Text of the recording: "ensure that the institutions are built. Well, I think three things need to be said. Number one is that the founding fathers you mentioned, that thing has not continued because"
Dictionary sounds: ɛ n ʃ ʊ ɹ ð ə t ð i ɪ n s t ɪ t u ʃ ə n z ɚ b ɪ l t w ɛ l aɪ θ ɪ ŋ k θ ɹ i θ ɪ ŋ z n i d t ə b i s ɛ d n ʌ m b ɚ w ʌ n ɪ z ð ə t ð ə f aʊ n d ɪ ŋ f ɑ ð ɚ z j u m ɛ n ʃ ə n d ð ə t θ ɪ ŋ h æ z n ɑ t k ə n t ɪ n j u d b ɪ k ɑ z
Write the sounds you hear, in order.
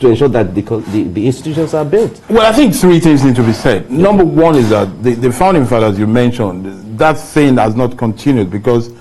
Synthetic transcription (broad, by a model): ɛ n ʃ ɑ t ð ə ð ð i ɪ n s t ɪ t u ʃ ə n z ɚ b ɪ l t w ɛ l aɪ θ ɪ ŋ k θ ɹ i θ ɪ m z n i d t ə b i s ɛ d n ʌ m b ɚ w ʌ n ɪ z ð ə t ð ə f aʊ n d ɪ ŋ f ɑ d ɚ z j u m ɛ n ʃ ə n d ð ə t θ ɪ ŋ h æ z n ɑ t k ə n t ɪ n j u d b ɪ k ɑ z